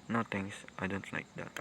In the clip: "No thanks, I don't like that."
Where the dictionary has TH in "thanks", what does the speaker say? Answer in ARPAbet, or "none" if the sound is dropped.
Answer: T